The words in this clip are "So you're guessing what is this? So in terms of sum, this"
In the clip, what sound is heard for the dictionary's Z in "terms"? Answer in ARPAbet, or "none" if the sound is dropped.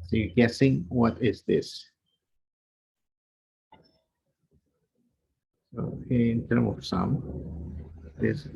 none